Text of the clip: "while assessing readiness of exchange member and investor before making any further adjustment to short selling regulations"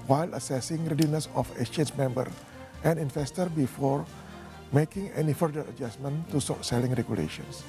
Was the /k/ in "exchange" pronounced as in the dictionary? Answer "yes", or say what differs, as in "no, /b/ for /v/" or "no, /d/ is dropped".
no, /k/ is dropped